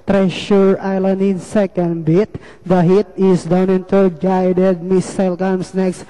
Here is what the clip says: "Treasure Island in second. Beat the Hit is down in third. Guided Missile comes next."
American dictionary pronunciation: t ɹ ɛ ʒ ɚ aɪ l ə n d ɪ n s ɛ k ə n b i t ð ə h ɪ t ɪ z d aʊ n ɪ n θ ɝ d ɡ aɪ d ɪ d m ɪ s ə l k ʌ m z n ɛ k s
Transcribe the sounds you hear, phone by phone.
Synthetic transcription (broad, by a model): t ɹ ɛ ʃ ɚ aɪ l ə n d ɪ n s ɛ k ə n b i t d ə h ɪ t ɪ s d aʊ n ɪ n t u ɡ aɪ d ɪ d m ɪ s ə l k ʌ m s n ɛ k s